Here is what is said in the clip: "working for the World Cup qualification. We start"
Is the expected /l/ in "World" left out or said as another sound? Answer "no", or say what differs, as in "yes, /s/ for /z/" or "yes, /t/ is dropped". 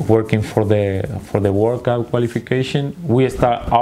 yes, /w/ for /l/